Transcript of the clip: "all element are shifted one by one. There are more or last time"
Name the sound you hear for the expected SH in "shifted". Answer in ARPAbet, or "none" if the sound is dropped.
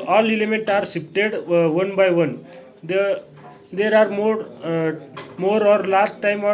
S